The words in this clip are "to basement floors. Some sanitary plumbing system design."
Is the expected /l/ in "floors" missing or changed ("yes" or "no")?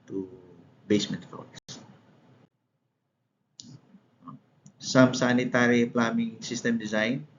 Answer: yes